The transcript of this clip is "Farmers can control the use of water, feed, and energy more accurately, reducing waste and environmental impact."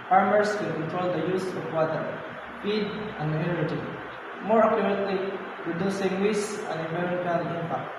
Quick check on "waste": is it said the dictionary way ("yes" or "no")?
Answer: no